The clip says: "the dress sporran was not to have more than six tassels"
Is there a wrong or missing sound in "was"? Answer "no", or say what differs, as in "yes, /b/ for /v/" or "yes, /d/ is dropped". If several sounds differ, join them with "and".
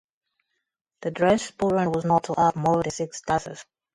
no